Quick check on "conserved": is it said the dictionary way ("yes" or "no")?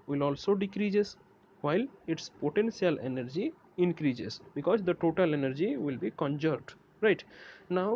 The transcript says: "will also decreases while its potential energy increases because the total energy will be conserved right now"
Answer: no